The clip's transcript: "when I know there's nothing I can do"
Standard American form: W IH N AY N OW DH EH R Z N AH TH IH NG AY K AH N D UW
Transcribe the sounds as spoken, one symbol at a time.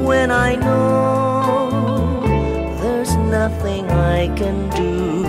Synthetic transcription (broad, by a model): W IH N AY N OW DH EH R Z N AH TH IH NG AY K AH N D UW